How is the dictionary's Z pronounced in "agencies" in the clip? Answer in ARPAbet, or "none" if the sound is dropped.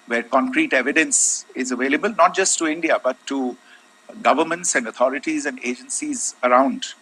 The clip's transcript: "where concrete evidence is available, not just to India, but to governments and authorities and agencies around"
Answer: Z